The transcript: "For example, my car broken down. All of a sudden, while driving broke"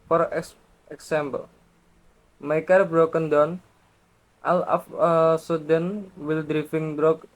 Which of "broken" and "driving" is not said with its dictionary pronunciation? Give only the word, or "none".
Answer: driving